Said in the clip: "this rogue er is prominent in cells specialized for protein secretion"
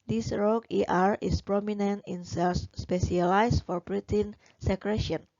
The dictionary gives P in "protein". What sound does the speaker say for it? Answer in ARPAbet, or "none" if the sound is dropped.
B